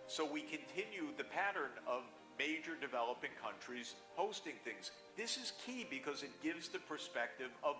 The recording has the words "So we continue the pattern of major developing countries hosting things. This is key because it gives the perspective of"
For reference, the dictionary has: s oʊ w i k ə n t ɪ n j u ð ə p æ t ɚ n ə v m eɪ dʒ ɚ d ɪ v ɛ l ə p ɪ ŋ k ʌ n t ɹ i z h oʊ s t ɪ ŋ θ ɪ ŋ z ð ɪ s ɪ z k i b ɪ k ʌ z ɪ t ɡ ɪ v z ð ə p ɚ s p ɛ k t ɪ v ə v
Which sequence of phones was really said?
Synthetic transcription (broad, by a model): s oʊ w i k ə n t ɪ n j u ð ə p æ t ɚ n ə v m eɪ dʒ ɚ d ɪ v ɛ l ə p ɪ ŋ k ʌ n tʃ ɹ i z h oʊ s t ɪ ŋ θ ɪ ŋ z ð ɪ s ɪ z k i b ɪ k ʌ z ɪ t ɡ ɪ v z ð ə p ɚ s p ɛ k t ɪ v ə v